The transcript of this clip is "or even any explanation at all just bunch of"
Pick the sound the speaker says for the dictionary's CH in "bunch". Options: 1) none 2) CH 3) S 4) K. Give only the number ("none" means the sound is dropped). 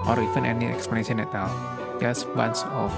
3